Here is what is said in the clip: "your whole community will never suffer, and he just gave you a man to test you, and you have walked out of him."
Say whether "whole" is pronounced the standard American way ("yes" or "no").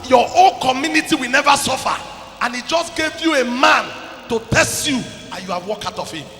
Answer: no